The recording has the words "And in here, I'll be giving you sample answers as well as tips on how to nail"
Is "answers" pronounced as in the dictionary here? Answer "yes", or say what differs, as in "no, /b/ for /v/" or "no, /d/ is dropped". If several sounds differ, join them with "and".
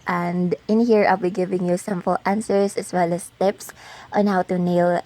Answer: no, /s/ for /z/